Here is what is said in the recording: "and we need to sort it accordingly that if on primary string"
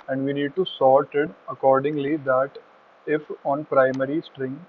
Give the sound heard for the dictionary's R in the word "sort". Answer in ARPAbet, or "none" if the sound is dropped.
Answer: L